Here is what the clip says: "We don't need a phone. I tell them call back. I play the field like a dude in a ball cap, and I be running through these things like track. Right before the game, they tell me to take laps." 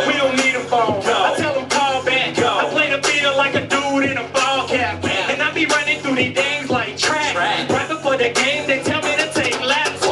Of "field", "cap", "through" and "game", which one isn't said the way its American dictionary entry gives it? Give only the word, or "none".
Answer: field